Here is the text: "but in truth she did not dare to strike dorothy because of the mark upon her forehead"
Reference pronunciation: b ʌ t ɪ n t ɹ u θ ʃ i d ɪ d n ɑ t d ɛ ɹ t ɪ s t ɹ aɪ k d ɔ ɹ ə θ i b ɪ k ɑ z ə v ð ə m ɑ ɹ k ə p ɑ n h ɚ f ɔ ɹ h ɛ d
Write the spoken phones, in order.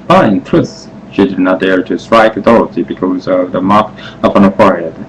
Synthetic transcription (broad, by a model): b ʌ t ɪ n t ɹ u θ ʃ i d ɪ d n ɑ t d ɛ ɹ t ɪ s t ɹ aɪ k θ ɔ ɹ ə t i b ɪ k ɑ z ə v ð ə m ɑ ɹ k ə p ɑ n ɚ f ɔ ɹ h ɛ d